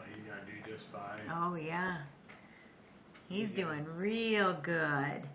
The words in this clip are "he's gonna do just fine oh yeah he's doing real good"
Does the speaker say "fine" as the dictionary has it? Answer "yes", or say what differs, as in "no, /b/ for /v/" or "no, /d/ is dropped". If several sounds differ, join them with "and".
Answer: no, /n/ is dropped